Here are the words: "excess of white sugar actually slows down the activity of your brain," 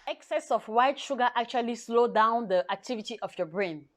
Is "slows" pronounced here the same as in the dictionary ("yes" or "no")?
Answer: no